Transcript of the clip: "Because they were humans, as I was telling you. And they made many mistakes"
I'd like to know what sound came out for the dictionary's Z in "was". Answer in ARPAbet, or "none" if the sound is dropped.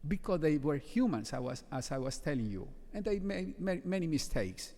S